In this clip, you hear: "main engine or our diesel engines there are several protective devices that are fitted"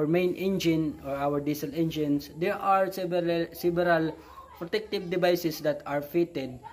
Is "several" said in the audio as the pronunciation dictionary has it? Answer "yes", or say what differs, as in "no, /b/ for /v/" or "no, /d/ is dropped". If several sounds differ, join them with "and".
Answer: no, /b/ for /v/